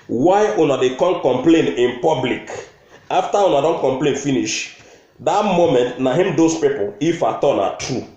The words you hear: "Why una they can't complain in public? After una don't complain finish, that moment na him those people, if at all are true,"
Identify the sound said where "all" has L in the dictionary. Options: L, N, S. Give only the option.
N